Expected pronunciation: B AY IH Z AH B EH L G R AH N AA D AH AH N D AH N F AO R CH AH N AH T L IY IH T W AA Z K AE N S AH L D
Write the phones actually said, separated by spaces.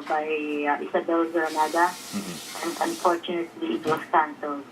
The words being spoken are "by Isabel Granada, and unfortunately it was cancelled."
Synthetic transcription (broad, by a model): B AY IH S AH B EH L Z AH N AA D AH AH N D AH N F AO R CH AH N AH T L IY IH T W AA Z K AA N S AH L